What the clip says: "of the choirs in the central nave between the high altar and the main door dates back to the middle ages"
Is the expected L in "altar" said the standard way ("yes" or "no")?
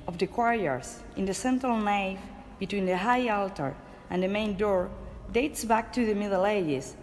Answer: yes